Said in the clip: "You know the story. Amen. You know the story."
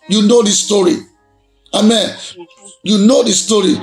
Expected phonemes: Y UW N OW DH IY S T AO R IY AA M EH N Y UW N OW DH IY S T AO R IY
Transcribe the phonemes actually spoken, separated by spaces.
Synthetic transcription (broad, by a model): Y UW N OW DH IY S T AO R IY AA M EH N Y UW N OW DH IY S T AO R IY